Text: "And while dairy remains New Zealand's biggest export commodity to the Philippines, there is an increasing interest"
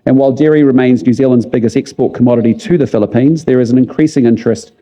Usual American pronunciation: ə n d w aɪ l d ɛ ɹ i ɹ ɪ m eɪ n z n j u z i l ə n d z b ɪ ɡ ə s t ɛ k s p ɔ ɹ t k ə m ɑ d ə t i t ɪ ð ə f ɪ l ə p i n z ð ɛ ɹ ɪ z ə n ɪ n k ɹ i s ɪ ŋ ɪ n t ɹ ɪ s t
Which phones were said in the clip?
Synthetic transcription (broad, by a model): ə n w aɪ l d ɛ ɹ i ɹ ɪ m eɪ n z n j u z i l ə n d z b ɪ ɡ ə s t ɛ k s p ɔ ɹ t k ə m ɑ d ə t i t ɪ ð ə f ɪ l ə p i n z ð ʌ ɹ ɪ z ə n ɪ n k ɹ i s ɪ ŋ ɪ n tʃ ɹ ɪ s t